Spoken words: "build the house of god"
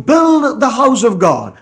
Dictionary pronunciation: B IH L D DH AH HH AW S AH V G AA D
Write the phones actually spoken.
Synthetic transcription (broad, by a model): B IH L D DH AH HH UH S AH V G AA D